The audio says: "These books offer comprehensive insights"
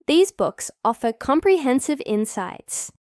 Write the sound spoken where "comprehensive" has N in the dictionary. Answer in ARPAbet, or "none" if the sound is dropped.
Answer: N